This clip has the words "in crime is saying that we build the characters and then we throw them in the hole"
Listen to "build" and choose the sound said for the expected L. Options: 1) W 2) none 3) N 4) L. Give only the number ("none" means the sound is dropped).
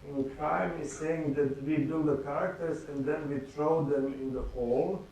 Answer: 2